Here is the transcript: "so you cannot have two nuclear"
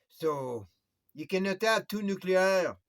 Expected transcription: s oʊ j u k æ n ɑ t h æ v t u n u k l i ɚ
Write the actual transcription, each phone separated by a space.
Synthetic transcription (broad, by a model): s oʊ j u k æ n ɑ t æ p t u n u k l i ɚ